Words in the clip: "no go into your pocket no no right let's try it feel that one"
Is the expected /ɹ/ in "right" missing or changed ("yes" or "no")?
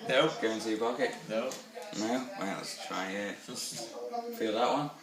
yes